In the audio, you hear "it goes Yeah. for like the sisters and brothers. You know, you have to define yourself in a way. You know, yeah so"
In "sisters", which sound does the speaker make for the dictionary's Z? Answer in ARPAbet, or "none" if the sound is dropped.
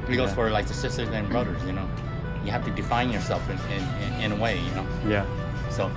Z